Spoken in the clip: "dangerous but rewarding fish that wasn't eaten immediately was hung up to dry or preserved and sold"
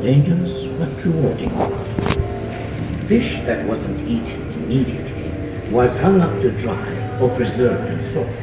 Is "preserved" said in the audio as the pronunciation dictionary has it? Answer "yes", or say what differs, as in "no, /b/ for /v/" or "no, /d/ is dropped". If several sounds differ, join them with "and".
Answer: no, /d/ is dropped